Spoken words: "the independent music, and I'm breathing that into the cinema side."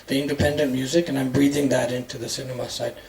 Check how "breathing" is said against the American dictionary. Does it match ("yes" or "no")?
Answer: yes